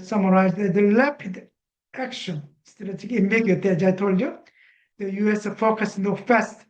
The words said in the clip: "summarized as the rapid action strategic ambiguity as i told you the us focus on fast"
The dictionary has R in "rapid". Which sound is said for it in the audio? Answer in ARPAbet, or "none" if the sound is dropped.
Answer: L